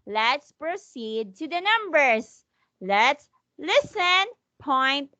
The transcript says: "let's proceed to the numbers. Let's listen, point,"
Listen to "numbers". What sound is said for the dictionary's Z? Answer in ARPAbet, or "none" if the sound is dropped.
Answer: S